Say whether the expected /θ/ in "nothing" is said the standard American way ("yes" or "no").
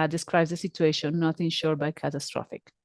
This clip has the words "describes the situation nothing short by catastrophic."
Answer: no